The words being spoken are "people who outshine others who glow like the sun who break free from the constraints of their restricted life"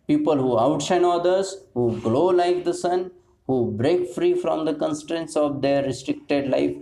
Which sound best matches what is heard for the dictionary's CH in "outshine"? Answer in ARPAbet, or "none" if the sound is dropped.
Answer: S